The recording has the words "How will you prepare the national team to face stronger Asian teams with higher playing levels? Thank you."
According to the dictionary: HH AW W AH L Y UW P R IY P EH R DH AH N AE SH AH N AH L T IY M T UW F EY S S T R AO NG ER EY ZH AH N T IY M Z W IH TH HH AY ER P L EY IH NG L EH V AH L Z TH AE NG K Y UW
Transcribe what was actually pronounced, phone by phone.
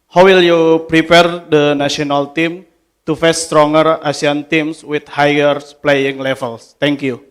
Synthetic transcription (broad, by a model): HH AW W AH L Y UW P R IY P EH R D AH N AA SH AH N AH L T IY M T UW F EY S S T R AO NG ER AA S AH N T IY M S W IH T HH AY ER P L EY IH NG L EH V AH L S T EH NG K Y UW